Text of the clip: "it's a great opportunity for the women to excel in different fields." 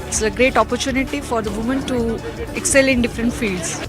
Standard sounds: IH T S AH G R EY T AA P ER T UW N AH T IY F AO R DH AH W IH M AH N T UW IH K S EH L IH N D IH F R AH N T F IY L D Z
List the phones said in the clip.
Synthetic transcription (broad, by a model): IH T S AH G R EY T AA P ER T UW N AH T IY F AO R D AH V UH M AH N T UW IH K S EH L IH N D IH F R AH N T F IY L D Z